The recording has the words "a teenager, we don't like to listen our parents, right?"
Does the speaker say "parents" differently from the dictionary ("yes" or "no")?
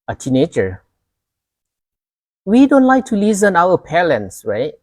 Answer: yes